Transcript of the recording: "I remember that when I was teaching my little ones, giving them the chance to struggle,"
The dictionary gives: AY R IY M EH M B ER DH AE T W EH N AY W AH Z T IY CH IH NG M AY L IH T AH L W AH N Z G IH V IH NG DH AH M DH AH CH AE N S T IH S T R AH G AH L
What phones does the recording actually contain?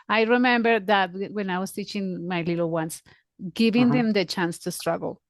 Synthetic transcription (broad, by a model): AY R IY M EH M B ER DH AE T W EH N AY W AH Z T IY CH IH NG M AY L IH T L W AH N S G IH V IH NG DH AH M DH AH CH AE N S T IH S T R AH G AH L